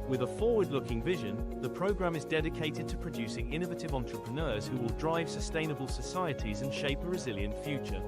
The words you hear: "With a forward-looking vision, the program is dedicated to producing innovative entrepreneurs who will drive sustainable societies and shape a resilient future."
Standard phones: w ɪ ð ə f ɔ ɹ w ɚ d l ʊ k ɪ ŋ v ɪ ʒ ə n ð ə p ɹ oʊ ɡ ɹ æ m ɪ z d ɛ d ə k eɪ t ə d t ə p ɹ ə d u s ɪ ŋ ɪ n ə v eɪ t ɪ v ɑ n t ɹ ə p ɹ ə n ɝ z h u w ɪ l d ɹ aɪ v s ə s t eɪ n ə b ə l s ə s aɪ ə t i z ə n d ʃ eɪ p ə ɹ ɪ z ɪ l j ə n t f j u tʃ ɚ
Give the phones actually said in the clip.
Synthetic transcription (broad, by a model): w ɪ ð ə f ɔ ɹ w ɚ d l ʊ k ɪ ŋ v ɪ ʒ ə n ð ə p ɹ oʊ ɡ ɹ æ m ɪ z d ɛ d ə k eɪ t ə d t ə p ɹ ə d u s ɪ ŋ ɪ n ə v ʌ t ɪ v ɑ n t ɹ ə p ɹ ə n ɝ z h u w ɪ l d ɹ aɪ v s ə s t eɪ n ə b ə l s ə s aɪ ə t i z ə n ʃ eɪ p ə ɹ ɪ z ɪ l j ə n t f j u tʃ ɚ